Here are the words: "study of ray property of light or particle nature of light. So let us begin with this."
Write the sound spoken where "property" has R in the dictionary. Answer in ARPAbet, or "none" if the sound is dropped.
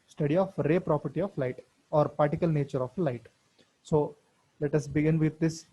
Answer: R